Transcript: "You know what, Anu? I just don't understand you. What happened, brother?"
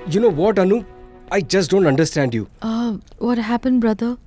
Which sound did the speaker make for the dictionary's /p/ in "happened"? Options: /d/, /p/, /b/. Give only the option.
/p/